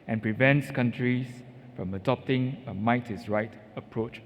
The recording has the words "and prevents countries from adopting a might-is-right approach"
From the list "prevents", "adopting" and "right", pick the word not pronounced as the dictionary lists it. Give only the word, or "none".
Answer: none